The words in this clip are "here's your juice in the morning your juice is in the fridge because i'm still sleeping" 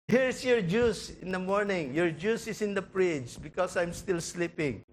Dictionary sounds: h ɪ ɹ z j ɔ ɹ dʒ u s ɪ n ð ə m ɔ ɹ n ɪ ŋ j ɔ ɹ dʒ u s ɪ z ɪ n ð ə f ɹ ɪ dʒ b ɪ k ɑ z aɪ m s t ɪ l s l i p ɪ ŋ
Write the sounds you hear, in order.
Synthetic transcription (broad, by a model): h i ɹ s j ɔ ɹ dʒ u s ɪ n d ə m ɔ ɹ n ɪ ŋ j ɔ ɹ dʒ u s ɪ s ɪ n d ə p ɹ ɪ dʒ b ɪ k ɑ s aɪ m s t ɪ l s l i p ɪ ŋ